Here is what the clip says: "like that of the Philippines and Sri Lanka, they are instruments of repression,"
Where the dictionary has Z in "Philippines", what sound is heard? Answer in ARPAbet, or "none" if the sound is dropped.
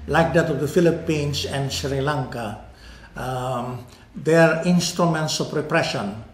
S